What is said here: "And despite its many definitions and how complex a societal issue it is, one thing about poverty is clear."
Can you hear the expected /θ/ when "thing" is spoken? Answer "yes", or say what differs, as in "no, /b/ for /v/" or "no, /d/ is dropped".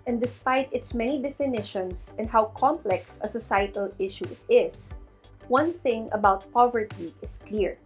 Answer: yes